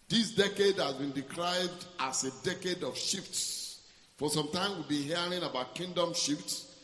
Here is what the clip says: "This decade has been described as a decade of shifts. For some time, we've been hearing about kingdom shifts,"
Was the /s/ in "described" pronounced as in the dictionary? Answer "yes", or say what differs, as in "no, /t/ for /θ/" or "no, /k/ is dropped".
no, /s/ is dropped